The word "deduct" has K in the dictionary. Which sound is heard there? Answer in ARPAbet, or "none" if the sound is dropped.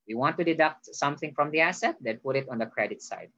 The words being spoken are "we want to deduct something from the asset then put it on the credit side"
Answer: K